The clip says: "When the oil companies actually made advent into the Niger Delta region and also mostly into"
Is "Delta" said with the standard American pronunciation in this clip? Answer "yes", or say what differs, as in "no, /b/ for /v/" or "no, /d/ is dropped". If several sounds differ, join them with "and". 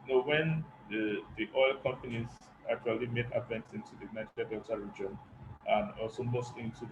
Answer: no, /l/ is dropped